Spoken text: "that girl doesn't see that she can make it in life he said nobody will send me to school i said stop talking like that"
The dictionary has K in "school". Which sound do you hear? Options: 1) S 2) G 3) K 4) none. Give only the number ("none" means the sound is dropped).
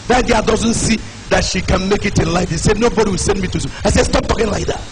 4